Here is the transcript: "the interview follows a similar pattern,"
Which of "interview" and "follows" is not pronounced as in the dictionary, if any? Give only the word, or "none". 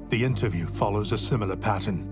none